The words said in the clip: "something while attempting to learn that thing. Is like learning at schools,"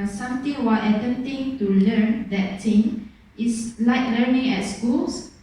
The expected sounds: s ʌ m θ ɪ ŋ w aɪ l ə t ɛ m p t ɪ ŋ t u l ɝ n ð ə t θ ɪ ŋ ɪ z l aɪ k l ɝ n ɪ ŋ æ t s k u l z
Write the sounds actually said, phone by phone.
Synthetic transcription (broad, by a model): s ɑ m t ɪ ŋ w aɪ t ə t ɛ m t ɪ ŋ t u l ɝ n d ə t t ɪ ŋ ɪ s l aɪ k l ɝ n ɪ ŋ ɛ t s k u l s